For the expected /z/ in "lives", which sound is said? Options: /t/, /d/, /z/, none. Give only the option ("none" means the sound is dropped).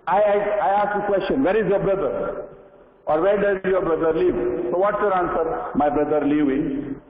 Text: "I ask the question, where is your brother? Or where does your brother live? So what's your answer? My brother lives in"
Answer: none